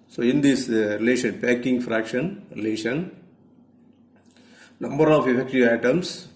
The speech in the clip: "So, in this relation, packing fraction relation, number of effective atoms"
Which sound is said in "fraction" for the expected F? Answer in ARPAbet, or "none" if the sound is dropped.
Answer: F